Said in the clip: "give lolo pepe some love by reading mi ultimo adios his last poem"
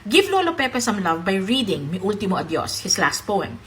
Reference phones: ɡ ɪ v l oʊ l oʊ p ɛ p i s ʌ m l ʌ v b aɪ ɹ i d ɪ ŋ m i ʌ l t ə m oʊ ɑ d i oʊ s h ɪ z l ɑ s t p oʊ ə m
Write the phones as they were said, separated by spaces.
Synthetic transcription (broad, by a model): ɡ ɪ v l oʊ l oʊ p ɛ p i s ʌ m l ʌ v b aɪ ɹ i d ɪ ŋ m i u l t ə m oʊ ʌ d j oʊ s h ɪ s l ɑ s t p oʊ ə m